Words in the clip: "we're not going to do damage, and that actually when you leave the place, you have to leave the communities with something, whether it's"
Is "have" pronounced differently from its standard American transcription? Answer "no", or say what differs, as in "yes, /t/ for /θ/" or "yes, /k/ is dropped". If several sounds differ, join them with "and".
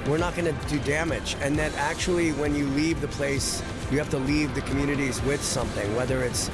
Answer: yes, /f/ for /v/